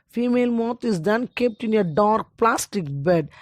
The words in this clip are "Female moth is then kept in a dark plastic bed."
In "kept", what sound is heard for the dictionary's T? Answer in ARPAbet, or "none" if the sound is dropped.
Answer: T